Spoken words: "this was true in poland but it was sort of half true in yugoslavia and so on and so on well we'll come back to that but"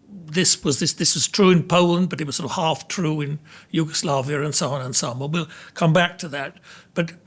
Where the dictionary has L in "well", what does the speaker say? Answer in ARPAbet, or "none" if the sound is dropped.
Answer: N